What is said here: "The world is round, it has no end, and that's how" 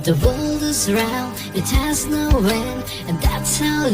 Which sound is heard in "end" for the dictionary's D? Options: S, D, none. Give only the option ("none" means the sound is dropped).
none